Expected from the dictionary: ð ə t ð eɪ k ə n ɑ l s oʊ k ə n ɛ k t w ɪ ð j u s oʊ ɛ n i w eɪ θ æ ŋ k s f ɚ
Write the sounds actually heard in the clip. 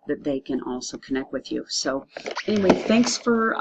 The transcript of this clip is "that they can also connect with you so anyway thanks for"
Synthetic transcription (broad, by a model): ð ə t ð eɪ k ə n ɑ l s oʊ k ə n ɛ k t w ɪ ð j u s oʊ ɛ n i w eɪ θ æ ŋ k s f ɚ